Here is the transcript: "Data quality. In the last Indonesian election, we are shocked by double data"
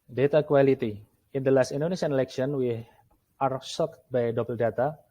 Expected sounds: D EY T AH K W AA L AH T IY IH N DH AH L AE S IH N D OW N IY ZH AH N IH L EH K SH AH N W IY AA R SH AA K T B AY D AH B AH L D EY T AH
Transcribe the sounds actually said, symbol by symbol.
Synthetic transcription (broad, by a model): D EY T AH K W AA L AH T IY IH N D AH L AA S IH N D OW N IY SH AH N IH L EH K SH AH N W IY AA R S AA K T B AY D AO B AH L D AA T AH